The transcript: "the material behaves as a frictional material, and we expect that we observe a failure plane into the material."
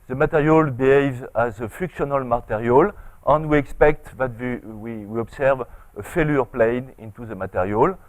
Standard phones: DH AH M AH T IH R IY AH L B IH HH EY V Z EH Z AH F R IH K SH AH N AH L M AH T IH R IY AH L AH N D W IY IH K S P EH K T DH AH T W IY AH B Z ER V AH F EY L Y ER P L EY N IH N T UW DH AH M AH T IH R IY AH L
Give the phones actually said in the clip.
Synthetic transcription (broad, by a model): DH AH M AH T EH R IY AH L B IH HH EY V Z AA Z AH F IH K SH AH N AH L M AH T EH R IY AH L AH N D W IY IH K S P EH K T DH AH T W IY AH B S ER V AH F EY L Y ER P L EY N IH N T UW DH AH M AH T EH R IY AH L